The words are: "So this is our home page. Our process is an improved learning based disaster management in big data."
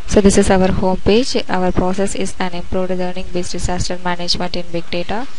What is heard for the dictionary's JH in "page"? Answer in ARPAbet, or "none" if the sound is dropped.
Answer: JH